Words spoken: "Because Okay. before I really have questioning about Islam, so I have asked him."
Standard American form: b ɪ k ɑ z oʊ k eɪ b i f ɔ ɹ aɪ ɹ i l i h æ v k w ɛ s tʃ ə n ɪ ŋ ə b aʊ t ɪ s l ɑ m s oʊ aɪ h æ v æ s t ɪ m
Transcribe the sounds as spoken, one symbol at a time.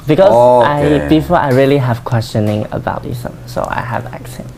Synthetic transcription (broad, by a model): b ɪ k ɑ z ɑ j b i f ɔ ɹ aɪ ɹ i l i h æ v k w ɛ s tʃ ə n ɪ ŋ ə b aʊ t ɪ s ɑ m s oʊ aɪ h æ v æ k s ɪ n